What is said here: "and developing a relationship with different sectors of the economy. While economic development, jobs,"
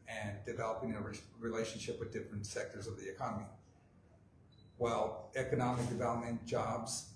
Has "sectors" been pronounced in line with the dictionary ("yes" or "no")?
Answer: yes